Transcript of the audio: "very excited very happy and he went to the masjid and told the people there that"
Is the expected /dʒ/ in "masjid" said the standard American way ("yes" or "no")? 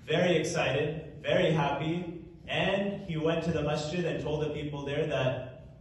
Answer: no